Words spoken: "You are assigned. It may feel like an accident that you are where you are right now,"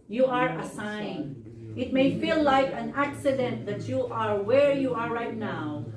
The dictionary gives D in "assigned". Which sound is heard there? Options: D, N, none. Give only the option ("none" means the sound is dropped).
none